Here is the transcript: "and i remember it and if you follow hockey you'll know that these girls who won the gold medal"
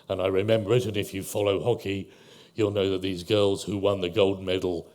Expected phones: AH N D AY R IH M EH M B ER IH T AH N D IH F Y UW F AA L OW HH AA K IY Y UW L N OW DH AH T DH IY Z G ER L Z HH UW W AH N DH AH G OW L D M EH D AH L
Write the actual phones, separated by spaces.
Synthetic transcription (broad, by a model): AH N AY R IH M EH M B ER IH T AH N IH F Y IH F AA L OW HH AA K IY Y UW L N OW DH AH T DH IY Z G ER L Z HH UW W AH N DH AH G OW L D M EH D L